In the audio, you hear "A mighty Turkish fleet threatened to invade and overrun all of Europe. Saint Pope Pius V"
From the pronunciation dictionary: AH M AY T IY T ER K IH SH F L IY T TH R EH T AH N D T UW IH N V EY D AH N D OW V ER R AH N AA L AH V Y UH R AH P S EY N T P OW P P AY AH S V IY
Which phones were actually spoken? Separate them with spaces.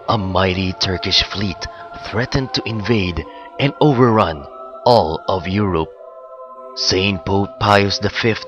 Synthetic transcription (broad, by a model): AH M AY T IY T ER K IH SH F L IY T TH R EH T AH N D T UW IH N V EY D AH N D OW V ER R AH N AA L AH V Y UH R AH P S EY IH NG P OW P P AY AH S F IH